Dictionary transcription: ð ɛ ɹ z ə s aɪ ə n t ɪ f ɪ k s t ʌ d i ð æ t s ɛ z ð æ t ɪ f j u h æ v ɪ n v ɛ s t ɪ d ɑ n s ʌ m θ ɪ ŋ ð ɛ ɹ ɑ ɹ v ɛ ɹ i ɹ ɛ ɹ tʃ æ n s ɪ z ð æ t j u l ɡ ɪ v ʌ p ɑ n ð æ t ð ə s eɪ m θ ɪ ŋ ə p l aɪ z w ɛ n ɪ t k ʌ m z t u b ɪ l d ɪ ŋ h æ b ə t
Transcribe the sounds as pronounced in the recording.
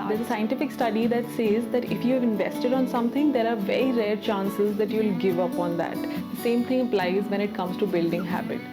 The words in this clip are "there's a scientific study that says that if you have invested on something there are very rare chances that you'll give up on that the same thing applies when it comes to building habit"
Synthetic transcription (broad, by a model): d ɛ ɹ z ə s aɪ ə n t ɪ f ɪ k s t ʌ d i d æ t s ɛ z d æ t ɪ f j u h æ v ɪ n v ɛ s t ɪ d ɑ n s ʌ m t ɪ ŋ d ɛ ɹ ɑ ɹ v ɛ ɹ i ɹ ɛ ɹ tʃ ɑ n s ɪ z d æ t j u l ɡ ɪ v ʌ p ɑ n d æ t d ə s eɪ m t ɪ ŋ ə p l aɪ z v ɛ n ɪ t k ʌ m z t u b ɪ l d ɪ ŋ h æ b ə t